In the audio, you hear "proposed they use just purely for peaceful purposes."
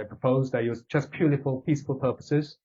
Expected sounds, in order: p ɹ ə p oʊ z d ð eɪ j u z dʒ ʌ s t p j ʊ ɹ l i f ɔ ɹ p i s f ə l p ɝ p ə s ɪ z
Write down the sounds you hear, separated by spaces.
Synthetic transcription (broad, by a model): p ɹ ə p oʊ z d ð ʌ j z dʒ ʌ s p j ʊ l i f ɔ l p i s f ə l p ɝ p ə s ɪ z